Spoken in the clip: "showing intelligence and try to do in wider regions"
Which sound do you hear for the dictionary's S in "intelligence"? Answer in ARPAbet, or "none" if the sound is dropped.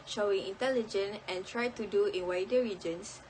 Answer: none